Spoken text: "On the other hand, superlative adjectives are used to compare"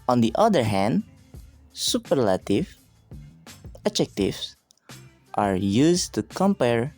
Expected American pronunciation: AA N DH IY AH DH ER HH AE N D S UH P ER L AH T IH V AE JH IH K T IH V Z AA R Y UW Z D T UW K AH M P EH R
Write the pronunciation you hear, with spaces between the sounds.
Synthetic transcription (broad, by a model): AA N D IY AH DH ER HH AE N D S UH P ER L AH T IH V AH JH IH K T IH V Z AA R Y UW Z T UW K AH M P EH R